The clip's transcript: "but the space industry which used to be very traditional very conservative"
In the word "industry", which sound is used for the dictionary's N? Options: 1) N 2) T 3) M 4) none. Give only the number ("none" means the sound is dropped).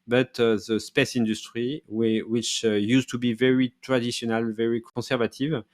1